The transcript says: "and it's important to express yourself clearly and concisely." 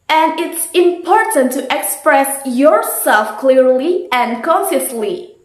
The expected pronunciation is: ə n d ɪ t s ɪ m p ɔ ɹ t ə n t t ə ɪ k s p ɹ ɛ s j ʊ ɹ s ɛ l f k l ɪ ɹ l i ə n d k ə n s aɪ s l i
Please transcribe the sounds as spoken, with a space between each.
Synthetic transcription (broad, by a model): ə n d ɪ t s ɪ m p ɔ ɹ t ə n t t ɪ k s p ɹ ɛ s j ʊ ɹ s ɛ l f k l ɪ ɹ l i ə n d k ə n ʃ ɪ s l i